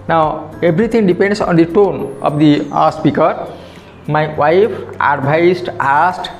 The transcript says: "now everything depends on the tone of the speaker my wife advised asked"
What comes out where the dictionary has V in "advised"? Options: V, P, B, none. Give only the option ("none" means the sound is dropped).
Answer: B